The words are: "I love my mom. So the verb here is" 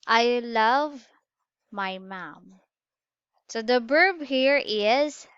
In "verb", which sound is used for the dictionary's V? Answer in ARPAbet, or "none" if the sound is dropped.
B